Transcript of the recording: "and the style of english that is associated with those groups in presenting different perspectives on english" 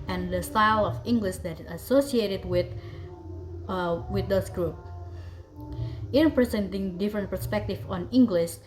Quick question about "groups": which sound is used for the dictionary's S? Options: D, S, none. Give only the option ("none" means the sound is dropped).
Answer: none